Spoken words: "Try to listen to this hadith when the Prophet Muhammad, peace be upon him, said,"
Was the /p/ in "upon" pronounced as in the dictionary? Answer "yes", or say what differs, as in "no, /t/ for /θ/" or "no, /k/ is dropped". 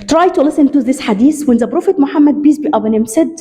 no, /b/ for /p/